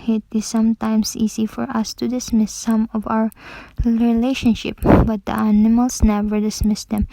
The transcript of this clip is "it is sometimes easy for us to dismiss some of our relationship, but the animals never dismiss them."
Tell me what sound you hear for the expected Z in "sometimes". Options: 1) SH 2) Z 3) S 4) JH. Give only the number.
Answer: 3